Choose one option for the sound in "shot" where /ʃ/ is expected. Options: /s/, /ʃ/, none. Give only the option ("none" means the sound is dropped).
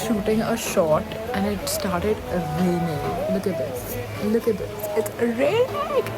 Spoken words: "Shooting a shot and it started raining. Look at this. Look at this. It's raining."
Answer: /ʃ/